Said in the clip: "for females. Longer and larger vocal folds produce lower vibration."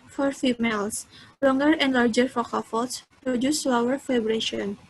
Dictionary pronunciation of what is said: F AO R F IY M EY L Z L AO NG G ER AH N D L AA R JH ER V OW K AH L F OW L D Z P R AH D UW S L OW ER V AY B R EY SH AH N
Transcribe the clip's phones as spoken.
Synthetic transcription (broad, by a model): F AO R F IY M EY L S L AO NG G ER AH N D L AA R JH ER F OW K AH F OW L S P R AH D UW S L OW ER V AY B R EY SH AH N